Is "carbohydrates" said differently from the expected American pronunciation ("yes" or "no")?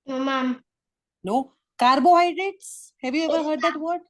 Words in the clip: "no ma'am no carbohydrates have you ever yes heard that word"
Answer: no